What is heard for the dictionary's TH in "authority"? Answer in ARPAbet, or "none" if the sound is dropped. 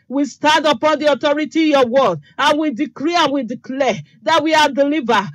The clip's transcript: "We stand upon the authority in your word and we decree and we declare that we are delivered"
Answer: T